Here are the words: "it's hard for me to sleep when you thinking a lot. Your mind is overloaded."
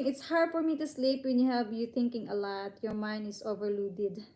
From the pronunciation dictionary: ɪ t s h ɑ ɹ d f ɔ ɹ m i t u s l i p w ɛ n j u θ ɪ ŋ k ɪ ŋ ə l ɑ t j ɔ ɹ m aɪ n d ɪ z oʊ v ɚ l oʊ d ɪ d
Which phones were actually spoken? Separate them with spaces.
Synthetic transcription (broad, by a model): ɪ t s h ɑ ɹ d f ɔ ɹ m i t u s l i p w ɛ n j u t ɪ ŋ k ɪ ŋ ə l ɑ t j ɔ ɹ m aɪ n d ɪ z oʊ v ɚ l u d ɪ d